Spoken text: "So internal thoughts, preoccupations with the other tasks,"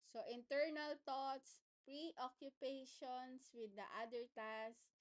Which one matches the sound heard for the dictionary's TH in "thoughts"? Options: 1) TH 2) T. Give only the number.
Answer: 2